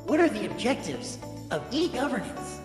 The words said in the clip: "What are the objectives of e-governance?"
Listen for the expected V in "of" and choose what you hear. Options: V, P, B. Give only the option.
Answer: V